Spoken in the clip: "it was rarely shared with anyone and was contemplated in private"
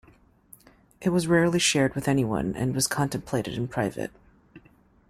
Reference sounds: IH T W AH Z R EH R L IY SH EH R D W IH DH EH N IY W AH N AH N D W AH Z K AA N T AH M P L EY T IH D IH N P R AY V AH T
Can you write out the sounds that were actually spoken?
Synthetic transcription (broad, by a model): IH T W AH Z R EH R L IY SH EH R D W IH DH EH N IY W AH N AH N W AH Z K AA N T AH M P L EY T IH D IH N P R AY V AH T